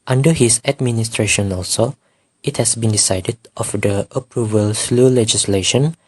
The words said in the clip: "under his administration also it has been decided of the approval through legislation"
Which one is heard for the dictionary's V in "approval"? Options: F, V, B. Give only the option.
V